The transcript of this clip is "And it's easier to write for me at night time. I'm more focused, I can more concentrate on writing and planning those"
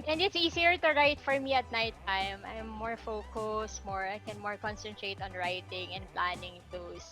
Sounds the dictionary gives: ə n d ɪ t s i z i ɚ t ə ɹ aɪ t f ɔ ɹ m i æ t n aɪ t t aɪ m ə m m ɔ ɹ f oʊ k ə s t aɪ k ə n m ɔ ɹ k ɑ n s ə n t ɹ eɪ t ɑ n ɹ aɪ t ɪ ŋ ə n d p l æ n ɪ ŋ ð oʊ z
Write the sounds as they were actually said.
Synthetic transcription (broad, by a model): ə n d ɪ t s i s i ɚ t ə ɹ aɪ t f ɔ ɹ m i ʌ t n aɪ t t aɪ m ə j m ɔ ɹ f oʊ k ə s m aɪ k ə n m ɔ ɹ k ɑ n s ə n t ɹ eɪ t ɑ n ɹ aɪ t ɪ ŋ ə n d p l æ n ɪ ŋ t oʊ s